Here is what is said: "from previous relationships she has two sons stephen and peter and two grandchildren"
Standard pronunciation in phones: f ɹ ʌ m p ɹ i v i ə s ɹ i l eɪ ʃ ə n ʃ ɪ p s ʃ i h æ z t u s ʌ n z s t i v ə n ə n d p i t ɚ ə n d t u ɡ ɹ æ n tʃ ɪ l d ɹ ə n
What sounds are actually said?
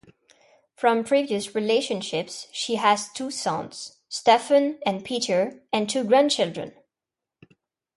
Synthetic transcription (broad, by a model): f ɹ ʌ m p ɹ i v i ə s ɹ i l eɪ ʃ ə n ʃ ɪ p s ʃ i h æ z t u s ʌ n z s t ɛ f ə n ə n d p i t ɚ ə n t u ɡ ɹ æ n tʃ ɪ l d ɹ ə n